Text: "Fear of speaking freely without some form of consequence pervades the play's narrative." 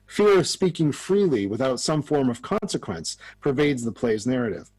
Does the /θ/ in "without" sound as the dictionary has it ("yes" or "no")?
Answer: yes